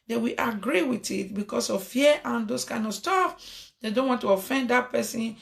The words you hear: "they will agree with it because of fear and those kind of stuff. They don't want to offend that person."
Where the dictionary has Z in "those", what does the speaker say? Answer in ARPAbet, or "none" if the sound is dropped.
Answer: S